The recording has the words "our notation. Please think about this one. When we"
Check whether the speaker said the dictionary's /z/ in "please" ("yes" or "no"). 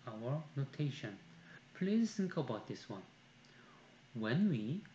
no